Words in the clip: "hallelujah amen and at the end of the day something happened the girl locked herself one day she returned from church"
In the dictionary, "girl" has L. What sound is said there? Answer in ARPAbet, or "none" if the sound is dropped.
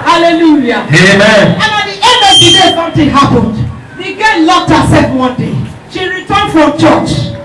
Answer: N